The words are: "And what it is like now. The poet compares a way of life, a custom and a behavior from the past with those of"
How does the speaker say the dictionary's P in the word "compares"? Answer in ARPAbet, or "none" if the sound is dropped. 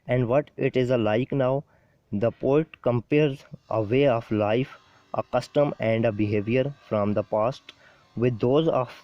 P